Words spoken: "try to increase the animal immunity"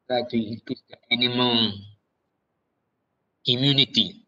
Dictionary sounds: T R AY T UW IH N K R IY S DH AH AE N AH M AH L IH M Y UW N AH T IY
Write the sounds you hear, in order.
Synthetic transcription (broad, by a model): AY T UW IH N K IY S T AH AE N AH M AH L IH M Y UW N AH T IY